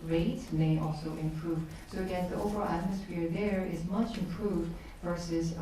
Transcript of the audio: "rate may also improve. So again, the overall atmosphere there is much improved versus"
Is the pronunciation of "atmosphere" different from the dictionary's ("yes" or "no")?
no